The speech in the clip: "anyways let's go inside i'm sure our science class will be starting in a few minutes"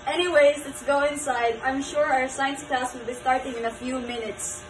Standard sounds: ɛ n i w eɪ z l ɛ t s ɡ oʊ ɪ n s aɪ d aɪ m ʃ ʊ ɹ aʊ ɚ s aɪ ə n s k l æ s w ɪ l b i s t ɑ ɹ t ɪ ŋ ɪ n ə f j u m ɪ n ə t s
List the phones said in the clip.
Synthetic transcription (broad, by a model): ɛ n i w eɪ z l ɛ t s ɡ oʊ ɪ n s aɪ d aɪ m ʃ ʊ ɹ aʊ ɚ s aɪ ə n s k æ s w ɪ l b i s t ɑ ɹ t ɪ ŋ ɪ n ə f j u m ɪ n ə t s